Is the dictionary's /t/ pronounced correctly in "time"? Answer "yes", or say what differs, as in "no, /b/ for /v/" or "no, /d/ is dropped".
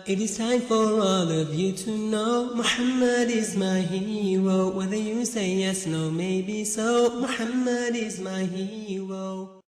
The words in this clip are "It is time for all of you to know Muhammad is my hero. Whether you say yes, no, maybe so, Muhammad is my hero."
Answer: no, /s/ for /t/